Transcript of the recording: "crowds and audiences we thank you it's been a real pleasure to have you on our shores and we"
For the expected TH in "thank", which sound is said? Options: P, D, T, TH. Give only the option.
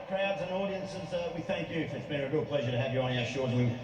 TH